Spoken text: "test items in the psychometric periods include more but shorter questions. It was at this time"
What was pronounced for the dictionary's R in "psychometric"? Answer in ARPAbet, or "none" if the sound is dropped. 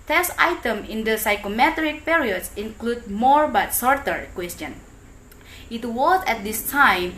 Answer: R